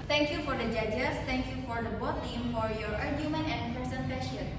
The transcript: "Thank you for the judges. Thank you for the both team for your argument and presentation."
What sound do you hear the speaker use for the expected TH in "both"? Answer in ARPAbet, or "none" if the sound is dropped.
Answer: T